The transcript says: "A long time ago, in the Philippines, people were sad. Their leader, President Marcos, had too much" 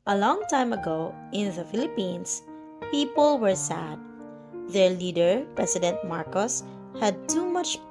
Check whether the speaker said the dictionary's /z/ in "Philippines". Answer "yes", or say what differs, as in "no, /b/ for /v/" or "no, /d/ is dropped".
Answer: no, /s/ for /z/